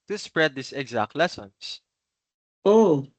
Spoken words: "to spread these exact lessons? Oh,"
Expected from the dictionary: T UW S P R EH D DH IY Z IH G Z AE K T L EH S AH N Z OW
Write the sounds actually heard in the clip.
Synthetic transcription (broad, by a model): T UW S P R EH D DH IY S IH G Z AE K T L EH S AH N S OW